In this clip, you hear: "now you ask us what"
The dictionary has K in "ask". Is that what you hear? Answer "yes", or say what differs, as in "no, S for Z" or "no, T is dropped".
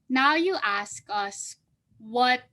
yes